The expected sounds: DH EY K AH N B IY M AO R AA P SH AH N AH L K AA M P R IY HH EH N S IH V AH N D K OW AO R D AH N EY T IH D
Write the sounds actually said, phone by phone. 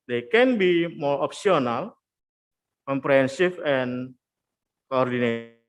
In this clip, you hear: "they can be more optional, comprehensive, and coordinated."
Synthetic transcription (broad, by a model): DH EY K AH N B IY M AO R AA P S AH N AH L K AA M P R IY HH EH N S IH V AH N K OW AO R D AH N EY